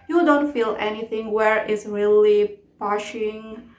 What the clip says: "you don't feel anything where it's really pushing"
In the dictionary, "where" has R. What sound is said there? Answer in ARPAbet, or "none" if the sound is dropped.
R